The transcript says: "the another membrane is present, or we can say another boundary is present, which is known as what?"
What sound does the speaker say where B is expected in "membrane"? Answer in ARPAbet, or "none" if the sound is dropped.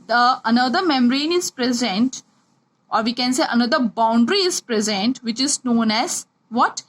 none